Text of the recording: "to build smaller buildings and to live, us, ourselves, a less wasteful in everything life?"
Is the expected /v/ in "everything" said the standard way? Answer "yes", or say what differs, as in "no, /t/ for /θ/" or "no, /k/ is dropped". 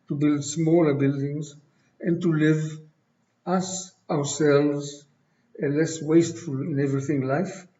yes